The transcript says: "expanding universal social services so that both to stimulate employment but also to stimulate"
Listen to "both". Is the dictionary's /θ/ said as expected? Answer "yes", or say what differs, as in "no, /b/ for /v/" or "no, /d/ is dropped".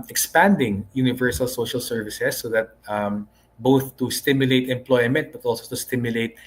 yes